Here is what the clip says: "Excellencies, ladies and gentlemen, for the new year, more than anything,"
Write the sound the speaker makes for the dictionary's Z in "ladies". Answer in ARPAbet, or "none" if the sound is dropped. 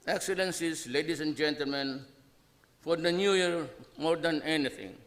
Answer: S